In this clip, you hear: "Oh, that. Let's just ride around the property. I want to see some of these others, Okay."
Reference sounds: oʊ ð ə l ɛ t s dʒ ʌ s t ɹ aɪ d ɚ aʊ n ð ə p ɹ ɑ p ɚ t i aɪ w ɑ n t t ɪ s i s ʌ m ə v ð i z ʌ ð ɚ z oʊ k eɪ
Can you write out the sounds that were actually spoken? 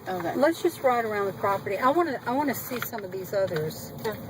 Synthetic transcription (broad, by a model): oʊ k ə l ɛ t s dʒ ʌ s t ɹ aɪ d ɚ aʊ n ð ə p ɹ ɑ p ɚ t i aɪ w ɑ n t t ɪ s i s ʌ m ə v ð i z ʌ ð ɚ z